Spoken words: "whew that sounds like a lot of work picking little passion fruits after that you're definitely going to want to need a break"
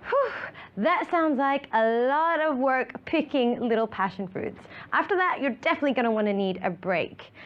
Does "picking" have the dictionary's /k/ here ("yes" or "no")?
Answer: yes